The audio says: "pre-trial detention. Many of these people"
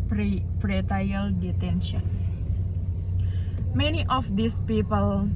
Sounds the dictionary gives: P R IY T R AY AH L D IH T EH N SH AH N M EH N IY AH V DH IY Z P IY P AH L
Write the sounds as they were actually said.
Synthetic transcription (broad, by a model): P R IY T AY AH L D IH T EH N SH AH N M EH N IY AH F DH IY S P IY P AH L